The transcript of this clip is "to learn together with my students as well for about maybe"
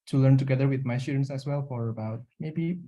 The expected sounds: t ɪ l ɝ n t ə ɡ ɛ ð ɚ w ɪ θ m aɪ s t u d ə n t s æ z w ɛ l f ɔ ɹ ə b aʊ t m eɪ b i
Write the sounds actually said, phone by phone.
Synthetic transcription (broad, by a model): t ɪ l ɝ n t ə ɡ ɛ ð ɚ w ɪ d m aɪ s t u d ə n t s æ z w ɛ l f ɔ ɹ ə b aʊ t m eɪ b i